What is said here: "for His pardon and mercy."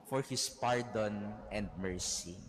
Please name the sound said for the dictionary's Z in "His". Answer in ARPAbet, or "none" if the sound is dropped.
S